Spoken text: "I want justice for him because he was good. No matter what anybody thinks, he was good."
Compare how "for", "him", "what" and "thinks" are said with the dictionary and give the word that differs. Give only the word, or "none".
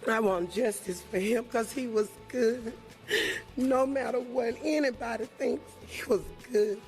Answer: none